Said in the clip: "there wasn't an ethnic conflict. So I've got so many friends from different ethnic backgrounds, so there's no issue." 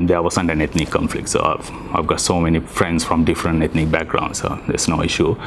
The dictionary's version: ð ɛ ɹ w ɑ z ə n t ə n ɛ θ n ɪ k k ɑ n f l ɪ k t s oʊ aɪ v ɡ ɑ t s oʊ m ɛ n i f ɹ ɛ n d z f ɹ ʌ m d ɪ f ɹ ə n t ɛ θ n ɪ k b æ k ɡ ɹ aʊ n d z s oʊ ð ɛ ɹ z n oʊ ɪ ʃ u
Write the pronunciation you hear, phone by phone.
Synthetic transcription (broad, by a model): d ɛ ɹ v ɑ s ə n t ə n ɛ t n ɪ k k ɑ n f l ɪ k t s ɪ aɪ v ɡ ɑ t s oʊ m ɛ n i f ɹ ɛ n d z f ɹ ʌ m d ɪ f ɹ ə n t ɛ t n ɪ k b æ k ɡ ɹ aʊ n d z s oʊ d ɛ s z n oʊ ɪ ʃ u